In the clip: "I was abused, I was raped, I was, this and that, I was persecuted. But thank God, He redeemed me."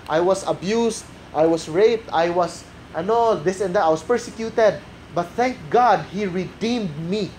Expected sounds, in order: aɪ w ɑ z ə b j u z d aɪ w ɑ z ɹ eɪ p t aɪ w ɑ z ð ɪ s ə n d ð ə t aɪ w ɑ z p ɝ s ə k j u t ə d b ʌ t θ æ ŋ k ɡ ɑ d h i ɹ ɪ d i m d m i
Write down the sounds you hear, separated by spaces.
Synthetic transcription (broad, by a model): aɪ w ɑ s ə b j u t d aɪ w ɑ s ɹ eɪ p t aɪ w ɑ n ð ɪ s ə n d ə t aɪ w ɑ s p ɝ s ə k j u t ə d b ʌ t θ æ ŋ k ɡ ɑ d h i ɹ ɪ d i m d m i